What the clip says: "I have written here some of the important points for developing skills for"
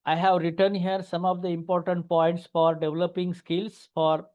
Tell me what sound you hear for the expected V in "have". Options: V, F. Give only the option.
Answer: V